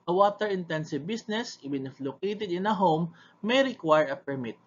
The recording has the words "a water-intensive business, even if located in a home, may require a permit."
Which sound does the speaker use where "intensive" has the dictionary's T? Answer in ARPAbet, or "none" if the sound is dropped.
T